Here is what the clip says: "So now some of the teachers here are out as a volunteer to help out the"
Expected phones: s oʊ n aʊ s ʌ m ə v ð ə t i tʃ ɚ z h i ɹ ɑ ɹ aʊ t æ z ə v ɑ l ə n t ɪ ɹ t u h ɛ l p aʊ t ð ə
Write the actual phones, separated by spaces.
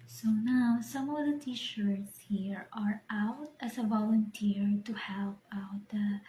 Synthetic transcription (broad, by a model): s oʊ n aʊ s ʌ m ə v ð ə t i ʃ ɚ s h i ɹ ɑ ɹ aʊ t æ s ə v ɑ l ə n t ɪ ɹ t u h ɛ l p aʊ t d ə